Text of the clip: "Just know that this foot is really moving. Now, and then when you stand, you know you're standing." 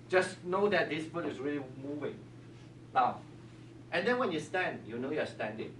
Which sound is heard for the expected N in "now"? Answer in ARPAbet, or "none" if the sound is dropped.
L